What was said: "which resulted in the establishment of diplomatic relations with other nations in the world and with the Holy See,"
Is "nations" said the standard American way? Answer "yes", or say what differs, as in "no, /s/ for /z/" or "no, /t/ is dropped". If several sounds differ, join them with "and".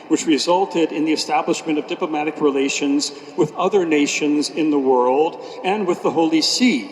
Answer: yes